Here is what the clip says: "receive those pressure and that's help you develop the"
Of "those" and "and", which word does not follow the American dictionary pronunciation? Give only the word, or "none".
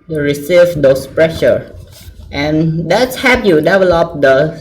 those